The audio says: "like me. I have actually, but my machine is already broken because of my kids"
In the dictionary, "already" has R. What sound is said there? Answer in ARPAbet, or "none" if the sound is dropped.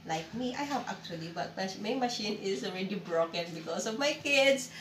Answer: R